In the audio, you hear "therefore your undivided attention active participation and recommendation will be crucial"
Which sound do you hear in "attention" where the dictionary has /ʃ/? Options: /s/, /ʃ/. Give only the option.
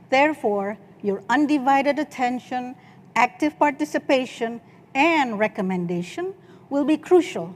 /ʃ/